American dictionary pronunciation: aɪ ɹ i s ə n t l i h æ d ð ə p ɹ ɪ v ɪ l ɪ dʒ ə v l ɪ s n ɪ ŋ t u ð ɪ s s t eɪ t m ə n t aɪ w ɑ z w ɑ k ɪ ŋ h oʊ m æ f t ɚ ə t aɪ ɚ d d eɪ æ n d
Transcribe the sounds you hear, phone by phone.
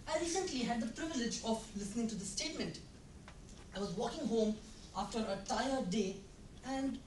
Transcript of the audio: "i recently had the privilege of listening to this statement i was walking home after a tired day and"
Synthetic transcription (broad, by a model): aɪ ɹ i s ə n t l i h æ d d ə p ɹ ɪ v ɪ l ɪ dʒ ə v l ɪ s n ɪ ŋ t u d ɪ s s t eɪ t m ə n t aɪ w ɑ z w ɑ k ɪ ŋ h oʊ m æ f t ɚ ə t aɪ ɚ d d eɪ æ n d